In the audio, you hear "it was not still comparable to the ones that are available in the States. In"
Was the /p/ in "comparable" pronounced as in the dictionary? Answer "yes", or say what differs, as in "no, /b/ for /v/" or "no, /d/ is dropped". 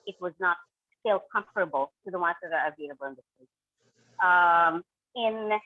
no, /f/ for /p/